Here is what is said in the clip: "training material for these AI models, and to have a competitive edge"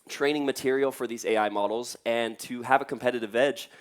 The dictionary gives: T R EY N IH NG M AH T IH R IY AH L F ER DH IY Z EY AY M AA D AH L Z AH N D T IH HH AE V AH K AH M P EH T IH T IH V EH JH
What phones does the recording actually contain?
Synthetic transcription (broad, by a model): T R EY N IH NG M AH T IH R IY L F ER DH IY Z EY AY M AA D L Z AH N T IH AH V AH K AH M P EH T IH T IH V EH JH